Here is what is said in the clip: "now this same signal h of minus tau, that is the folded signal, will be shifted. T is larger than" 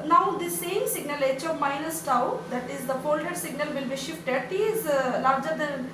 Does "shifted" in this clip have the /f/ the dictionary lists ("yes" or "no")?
yes